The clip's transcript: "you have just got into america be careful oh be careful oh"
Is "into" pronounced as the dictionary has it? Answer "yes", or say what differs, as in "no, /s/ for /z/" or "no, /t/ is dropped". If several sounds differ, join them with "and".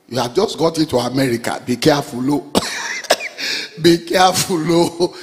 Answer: no, /n/ is dropped